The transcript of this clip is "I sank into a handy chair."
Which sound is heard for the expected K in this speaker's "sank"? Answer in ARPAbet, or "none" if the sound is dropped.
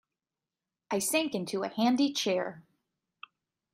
K